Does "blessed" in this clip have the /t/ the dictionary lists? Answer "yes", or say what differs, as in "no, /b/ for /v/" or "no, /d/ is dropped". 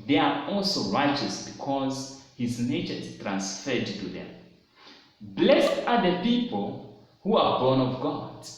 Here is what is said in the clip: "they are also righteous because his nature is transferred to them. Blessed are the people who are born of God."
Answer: yes